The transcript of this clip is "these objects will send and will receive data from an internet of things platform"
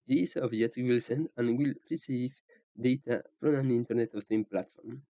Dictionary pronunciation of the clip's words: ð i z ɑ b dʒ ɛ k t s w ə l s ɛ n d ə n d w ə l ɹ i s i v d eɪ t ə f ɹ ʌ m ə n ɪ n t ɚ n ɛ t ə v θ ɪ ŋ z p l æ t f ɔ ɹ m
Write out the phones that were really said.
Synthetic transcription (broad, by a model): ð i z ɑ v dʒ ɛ t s w ə l s ɛ n d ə n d w ə l ɹ i s i v d eɪ t ə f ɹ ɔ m ə n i n t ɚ n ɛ t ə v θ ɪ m p l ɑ t f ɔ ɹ m